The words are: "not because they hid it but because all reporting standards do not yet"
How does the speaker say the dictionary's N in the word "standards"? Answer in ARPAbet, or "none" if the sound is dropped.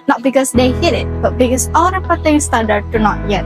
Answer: none